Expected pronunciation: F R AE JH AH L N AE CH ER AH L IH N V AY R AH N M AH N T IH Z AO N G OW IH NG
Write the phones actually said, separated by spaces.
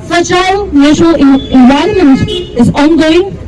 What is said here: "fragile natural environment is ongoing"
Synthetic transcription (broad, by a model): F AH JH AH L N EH SH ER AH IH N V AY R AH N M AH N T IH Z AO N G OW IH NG